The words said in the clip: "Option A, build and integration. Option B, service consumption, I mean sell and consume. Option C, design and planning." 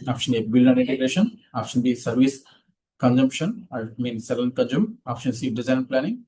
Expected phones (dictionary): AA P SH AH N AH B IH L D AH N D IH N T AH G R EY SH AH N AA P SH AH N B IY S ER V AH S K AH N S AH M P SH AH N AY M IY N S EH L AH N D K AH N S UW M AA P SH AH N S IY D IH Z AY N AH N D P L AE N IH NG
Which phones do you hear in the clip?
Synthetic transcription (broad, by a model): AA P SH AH N AH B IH L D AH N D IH N T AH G R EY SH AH N AA P SH AH N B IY S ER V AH S K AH N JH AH M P SH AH N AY M IY N S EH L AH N K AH N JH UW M AA P SH AH N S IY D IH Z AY AH N P L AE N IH NG